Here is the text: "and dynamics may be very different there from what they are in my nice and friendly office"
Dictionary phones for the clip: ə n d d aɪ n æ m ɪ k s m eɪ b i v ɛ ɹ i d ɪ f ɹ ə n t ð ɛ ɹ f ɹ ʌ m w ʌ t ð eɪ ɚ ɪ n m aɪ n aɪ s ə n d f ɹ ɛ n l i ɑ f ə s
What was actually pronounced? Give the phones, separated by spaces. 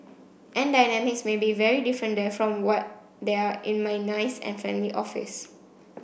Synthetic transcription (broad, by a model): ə n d d aɪ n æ m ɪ k s m eɪ b i v ɛ ɹ i d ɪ f ɹ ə n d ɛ f ɹ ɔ m w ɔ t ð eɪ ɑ ɪ n m aɪ n aɪ s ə n f ɛ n l i ɑ f ə s